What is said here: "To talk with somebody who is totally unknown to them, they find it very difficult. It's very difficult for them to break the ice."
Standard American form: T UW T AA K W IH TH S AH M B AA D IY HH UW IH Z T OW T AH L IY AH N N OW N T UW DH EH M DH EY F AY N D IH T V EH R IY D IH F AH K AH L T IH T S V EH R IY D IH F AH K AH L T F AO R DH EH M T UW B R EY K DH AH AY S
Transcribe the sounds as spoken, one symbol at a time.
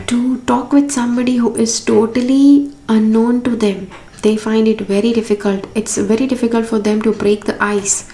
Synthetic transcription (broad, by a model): T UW T AA K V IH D S AH M B AA D IY HH UW IH Z T OW T AH L IY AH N N OW N T UW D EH M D EY F AY N D IH T V EH R IY D IH F AH K AH L T IH T S V EH R IY D IH F AH K AH L T F AO R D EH M T UW B R EY K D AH AY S